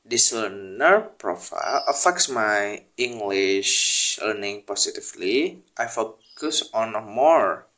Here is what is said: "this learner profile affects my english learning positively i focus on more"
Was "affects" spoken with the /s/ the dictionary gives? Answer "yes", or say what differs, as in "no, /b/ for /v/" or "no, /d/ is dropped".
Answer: yes